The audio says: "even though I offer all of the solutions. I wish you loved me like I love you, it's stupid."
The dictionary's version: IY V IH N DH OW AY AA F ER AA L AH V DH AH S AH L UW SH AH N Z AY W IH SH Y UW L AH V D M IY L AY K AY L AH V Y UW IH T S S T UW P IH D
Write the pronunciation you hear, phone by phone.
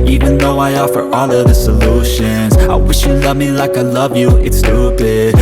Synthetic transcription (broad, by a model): IY V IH N DH OW AY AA F ER AA L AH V DH AH S AH L UW SH AH N Z AY W IH SH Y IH L AH V M IY L AY K AY L AH V Y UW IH T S S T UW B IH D